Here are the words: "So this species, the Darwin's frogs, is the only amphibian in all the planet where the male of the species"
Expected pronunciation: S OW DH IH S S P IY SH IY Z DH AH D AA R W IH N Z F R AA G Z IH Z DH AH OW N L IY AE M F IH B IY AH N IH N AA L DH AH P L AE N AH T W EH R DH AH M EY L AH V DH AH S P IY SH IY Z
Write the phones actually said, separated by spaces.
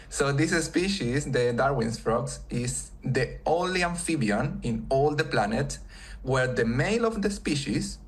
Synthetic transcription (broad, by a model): S OW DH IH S S P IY SH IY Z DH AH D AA R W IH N S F R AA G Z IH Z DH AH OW L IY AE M F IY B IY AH N IH N AA L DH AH P L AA N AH T W EH R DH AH M EY L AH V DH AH S P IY SH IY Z